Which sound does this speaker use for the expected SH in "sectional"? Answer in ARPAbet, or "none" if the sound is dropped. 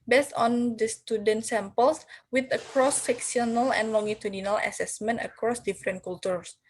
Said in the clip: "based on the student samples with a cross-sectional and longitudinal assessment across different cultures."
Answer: S